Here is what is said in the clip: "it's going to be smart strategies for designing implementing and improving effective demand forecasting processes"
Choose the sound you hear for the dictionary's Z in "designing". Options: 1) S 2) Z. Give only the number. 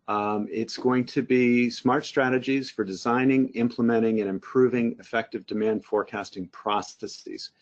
2